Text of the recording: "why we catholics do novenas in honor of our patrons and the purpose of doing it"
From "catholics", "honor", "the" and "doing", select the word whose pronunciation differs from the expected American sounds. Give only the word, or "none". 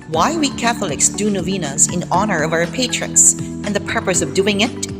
none